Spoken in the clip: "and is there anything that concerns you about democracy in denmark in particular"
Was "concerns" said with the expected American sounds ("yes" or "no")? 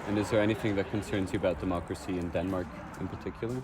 yes